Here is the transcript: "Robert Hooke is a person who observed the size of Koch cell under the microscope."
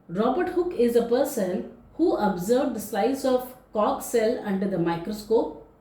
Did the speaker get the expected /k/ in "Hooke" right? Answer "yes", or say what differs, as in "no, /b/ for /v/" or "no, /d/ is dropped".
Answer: yes